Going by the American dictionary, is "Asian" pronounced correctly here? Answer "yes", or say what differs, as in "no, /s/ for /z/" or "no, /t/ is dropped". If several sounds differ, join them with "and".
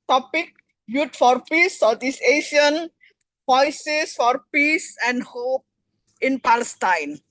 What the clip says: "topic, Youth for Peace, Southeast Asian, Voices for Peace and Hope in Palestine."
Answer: no, /ʃ/ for /ʒ/